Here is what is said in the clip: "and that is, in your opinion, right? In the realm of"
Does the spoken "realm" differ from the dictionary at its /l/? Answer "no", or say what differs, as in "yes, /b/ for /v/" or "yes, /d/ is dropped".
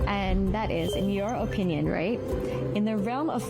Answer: no